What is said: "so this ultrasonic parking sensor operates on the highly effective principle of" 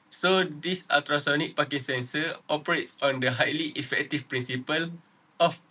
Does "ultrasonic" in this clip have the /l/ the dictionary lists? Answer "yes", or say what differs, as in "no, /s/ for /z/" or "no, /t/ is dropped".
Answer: no, /l/ is dropped